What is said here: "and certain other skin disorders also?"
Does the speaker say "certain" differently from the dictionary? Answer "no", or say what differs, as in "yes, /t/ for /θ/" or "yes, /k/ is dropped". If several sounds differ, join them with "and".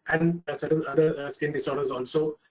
yes, /l/ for /n/